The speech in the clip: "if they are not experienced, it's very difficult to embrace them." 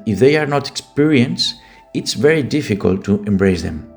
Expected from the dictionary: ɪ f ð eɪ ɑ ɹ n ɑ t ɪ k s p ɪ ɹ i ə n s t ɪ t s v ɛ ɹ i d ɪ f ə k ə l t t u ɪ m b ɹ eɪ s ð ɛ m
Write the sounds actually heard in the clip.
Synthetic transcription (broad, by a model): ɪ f ð eɪ ɑ ɹ n ɑ t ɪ k s p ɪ ɹ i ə n s ɪ t s v ɛ ɹ i d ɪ f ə k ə l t t u ɪ m b ɹ eɪ s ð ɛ m